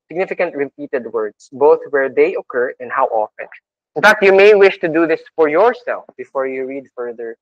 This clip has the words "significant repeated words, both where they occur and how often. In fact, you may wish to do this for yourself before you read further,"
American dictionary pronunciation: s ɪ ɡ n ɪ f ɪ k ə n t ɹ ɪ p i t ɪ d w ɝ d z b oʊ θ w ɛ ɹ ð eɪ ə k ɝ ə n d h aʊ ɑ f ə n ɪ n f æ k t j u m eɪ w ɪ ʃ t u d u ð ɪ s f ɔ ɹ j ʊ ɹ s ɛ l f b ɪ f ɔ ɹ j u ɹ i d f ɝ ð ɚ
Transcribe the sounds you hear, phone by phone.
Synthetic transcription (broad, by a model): s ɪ ɡ n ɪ f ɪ k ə n t ɹ ɪ p i t ɪ d w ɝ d s b oʊ θ w ɛ ɹ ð eɪ ə k ɝ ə n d h aʊ ɑ f ə n ɪ n f æ k t j u m eɪ w ɪ ʃ t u d u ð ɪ s f ɔ ɹ j ʊ ɹ s ɛ l f b ɪ f ɔ ɹ j u ɹ i d f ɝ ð ɚ